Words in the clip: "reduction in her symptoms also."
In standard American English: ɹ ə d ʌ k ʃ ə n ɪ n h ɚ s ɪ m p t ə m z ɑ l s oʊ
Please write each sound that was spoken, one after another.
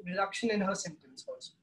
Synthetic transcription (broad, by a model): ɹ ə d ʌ k ʃ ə n ɪ n h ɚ s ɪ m t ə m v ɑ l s